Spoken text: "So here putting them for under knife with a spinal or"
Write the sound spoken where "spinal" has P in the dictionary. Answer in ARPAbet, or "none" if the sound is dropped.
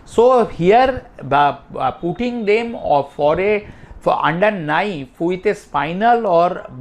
F